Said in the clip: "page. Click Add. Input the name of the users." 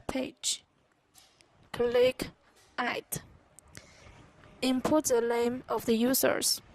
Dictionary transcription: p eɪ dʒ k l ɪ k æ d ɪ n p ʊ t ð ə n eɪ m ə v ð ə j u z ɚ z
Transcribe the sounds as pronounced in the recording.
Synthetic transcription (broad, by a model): p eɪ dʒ k l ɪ k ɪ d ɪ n p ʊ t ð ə l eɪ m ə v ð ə j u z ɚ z